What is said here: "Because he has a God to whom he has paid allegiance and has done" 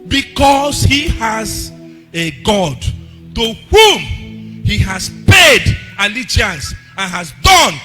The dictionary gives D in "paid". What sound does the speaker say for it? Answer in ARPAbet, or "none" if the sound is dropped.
D